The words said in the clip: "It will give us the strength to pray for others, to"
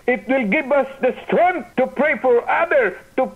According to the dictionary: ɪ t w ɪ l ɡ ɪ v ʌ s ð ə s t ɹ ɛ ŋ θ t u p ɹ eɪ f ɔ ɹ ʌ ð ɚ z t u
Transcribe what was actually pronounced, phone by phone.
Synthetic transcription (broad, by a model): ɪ t w ɪ l ɡ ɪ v ʌ s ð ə s t ɹ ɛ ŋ t u p ɹ eɪ f ɔ ɹ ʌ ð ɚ t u